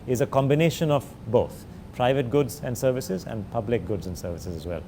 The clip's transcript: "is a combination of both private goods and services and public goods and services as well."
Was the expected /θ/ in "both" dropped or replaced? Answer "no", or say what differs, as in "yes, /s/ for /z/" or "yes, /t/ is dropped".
yes, /t/ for /θ/